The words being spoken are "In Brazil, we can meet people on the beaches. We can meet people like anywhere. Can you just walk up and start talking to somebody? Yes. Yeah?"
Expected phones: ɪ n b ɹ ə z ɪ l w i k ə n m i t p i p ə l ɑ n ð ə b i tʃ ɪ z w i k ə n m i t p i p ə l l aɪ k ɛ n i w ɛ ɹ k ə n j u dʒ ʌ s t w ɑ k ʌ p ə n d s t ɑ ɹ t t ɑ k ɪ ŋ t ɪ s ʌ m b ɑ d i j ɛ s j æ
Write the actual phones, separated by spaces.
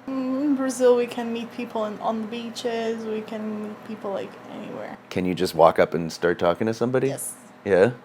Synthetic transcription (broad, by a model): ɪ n b ɹ ə z ɪ l w i k ə n m i t p i p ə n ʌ n ð ə b i tʃ ɪ z w i k ə n m i t p i p l l aɪ k ɛ n i w ɛ ɹ k ə n j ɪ dʒ ʌ s t w ɑ k ʌ p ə n s t ɑ ɹ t t ɑ k ɪ ŋ t ɪ s ʌ m b ɑ d i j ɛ s j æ